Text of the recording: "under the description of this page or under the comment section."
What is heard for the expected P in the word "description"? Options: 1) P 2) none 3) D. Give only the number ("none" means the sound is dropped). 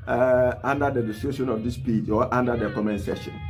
2